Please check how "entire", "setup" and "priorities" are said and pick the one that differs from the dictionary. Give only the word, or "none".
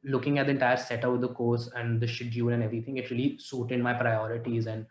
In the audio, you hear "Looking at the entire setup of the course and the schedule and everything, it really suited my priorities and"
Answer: setup